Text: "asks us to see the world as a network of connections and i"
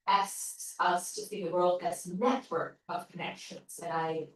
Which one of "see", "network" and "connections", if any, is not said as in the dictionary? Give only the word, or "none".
see